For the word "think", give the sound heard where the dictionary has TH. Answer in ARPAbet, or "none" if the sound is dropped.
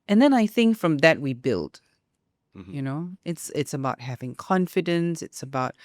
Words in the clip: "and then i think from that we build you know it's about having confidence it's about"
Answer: TH